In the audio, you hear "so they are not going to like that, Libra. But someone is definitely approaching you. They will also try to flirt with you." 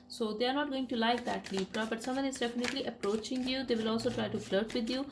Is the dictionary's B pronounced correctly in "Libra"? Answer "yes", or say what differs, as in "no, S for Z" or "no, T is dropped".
no, B is dropped